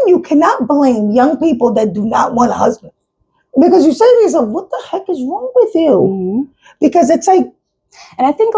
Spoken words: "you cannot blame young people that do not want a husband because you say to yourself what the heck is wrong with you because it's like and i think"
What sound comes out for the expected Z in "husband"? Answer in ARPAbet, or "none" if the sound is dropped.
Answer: Z